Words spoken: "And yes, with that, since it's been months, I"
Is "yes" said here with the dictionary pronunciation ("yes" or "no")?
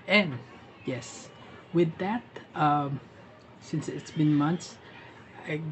yes